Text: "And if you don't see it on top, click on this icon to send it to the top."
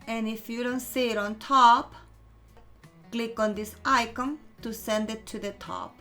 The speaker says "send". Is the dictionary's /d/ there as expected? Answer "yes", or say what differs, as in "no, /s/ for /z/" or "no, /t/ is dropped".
yes